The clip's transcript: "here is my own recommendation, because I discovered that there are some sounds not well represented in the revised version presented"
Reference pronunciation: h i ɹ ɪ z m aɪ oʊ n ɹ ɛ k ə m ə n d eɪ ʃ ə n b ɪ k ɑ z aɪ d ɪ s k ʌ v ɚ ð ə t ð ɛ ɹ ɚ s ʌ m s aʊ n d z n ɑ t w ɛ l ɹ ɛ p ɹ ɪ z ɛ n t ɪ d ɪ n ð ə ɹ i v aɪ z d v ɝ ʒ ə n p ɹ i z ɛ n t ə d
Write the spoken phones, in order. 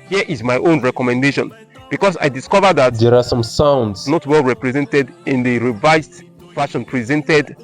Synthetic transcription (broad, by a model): h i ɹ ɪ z m aɪ oʊ n ɹ ɛ k ə m ə n d eɪ ʃ ə n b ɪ k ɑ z aɪ d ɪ s k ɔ v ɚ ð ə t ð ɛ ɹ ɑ s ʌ m s aʊ n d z n ɑ t w ɛ l ɹ ɛ p ɹ ɪ z ɛ n t ɪ d ɪ n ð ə ɹ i v aɪ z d f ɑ ʃ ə n p ɹ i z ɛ n t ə d